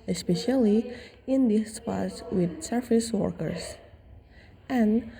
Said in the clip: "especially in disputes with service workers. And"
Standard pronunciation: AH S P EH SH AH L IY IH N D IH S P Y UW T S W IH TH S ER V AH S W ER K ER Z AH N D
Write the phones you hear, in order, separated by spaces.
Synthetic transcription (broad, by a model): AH S P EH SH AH L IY IH N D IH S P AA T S W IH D S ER F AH S W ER K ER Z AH N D